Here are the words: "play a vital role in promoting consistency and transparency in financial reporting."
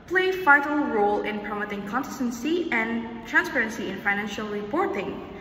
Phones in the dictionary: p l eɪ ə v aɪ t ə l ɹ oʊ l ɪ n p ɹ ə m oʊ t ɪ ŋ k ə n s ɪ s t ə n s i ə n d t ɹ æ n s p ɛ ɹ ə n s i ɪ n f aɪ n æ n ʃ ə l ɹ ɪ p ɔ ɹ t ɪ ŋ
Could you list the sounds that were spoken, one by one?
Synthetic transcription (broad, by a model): p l eɪ ə f aɪ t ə l ɹ oʊ l ɪ n p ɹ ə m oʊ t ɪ ŋ k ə n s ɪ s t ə n s i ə n t ɹ æ n s p ɛ ɹ ə n s i ɪ n f aɪ n æ n ʃ ə l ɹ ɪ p ɔ ɹ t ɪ ŋ